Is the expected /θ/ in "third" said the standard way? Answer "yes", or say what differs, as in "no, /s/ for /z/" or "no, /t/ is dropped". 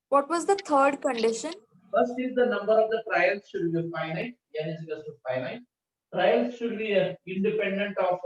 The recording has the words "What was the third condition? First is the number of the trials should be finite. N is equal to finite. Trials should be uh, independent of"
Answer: no, /t/ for /θ/